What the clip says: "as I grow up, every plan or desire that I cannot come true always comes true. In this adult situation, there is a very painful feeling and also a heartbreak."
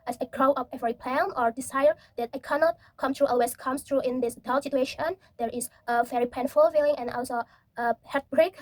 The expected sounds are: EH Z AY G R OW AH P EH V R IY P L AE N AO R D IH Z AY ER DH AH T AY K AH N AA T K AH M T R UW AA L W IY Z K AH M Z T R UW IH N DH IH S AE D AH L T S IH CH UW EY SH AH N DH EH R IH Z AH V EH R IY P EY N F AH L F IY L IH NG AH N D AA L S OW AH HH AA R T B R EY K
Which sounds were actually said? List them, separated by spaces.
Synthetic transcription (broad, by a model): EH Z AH G R OW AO F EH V R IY P L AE N AO R D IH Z AY ER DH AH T AY K AH N AA T K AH M T R UW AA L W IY S K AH M S T R UW IH N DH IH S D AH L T S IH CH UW EY SH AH N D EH R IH S AH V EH R IY P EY N F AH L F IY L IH NG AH N AA L S OW AH HH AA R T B R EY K